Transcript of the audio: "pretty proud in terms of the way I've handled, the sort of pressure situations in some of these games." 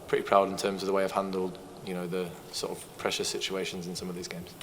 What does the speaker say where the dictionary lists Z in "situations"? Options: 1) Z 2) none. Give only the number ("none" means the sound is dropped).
1